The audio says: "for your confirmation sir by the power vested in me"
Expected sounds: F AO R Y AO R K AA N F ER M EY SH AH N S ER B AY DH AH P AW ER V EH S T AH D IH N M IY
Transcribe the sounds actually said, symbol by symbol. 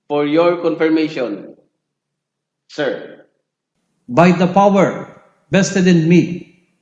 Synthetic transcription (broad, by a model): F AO R Y AO R K AA N F ER M EY SH AH N S ER B AY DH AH P AW ER B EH S T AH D IH N M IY